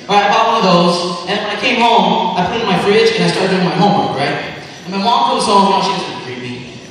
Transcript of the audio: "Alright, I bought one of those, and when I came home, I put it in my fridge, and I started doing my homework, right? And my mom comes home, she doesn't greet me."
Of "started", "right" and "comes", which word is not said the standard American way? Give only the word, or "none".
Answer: comes